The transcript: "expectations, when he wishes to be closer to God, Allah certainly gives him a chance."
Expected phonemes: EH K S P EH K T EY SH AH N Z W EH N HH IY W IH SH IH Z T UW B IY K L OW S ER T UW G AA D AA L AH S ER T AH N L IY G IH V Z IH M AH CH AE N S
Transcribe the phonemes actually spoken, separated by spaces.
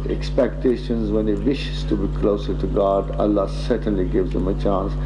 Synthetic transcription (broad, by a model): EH K S P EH K T EY SH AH N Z W EH N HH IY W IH SH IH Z T UW B IY K L OW S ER T UW G AA D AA L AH S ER T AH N L IY G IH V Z IH M AH CH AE N S